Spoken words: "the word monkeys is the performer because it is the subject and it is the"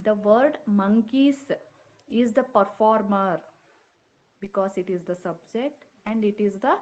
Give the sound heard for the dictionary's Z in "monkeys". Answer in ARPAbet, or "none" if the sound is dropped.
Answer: S